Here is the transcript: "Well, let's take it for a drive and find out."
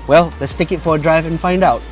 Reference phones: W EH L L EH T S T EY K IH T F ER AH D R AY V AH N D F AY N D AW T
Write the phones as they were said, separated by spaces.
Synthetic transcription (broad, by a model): W EH L L EH T S T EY K IH T F ER AH D R AY V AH N F AY N D AW T